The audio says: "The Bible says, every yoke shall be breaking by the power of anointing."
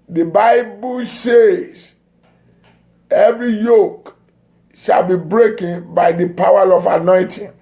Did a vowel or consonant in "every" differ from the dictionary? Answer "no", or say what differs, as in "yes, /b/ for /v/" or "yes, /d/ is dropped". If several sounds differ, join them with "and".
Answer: no